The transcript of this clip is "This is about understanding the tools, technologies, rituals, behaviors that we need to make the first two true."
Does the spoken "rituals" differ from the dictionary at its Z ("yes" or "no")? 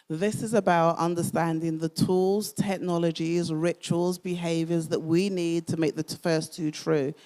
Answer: no